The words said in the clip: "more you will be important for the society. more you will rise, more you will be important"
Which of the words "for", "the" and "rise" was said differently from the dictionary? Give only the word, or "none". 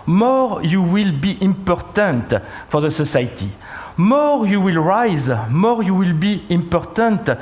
none